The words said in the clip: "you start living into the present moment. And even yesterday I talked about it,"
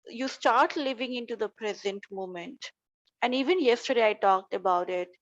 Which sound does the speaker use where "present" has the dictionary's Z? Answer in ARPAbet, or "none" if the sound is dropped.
Z